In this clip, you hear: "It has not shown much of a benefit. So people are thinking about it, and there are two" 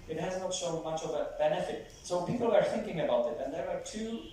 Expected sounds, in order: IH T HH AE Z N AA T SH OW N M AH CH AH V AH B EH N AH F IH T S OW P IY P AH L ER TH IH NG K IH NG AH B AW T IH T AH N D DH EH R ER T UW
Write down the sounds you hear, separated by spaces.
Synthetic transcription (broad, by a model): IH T HH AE Z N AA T S OW M AH CH AH V AH B EH N AH F IH T S OW P IY P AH L ER TH IH NG K IH NG AH B AW T IH T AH N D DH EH R ER T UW